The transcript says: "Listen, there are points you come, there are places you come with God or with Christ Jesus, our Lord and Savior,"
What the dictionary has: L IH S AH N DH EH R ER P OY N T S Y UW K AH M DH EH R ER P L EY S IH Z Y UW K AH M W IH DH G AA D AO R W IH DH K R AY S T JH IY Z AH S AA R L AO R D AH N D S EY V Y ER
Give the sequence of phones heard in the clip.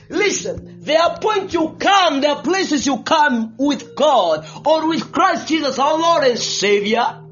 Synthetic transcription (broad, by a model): L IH S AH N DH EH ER P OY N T Y UW K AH M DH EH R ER P L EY S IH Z Y UW K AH M W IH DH G AA D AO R W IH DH K R AY S T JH IY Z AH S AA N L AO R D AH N S EY V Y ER